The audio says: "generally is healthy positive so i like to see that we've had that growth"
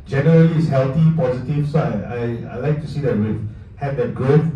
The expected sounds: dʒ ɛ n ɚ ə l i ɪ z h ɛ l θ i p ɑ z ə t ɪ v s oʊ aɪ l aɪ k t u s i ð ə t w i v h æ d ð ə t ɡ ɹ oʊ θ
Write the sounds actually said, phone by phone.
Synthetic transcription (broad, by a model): dʒ ɛ n ɚ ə l i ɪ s h ɛ l t i p ɑ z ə t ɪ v s oʊ aɪ l aɪ k t u s i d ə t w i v h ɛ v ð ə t ɡ ɹ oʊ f